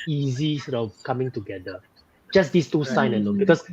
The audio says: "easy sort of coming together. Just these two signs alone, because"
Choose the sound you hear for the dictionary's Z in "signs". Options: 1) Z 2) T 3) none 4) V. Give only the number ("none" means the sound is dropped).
3